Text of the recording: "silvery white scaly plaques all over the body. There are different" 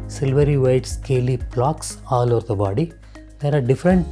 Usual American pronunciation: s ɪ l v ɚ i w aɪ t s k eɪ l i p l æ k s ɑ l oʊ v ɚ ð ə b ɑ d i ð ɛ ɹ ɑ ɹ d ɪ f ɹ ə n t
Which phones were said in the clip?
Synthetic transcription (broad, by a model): s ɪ l v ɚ i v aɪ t s k eɪ l i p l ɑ k s ɑ l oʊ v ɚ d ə b ɑ d i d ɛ ɹ ɑ ɹ d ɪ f ɹ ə n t